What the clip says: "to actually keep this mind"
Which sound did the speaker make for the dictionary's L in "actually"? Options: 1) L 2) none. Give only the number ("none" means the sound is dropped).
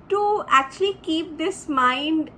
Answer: 1